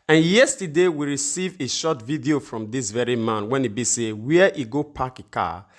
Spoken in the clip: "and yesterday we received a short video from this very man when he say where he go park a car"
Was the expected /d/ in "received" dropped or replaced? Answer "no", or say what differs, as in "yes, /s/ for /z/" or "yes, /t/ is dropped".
yes, /d/ is dropped